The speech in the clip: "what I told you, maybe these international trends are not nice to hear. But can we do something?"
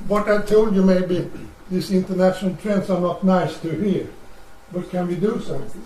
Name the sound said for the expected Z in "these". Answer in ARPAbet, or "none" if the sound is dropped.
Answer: S